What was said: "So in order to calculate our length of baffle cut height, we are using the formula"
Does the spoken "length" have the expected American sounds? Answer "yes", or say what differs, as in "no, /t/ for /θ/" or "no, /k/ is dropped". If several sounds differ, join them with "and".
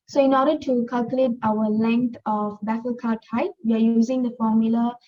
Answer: no, /t/ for /θ/